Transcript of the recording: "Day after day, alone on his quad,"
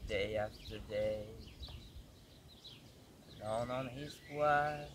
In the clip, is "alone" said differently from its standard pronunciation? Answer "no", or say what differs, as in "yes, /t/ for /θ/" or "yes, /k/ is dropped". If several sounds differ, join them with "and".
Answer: yes, /n/ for /l/